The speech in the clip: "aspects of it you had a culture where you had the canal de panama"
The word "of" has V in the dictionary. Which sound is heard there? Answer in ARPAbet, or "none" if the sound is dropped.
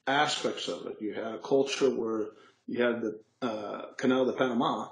V